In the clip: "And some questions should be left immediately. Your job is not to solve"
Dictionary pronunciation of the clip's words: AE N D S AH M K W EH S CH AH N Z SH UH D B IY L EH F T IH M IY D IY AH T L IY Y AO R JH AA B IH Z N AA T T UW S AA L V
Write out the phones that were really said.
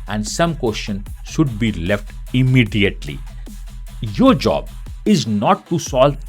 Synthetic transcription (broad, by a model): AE N D S AH M K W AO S SH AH N SH UH D B IY L EH F T IH M IY D IY AH T L IY Y AO R JH AA B IH Z N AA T T UW S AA L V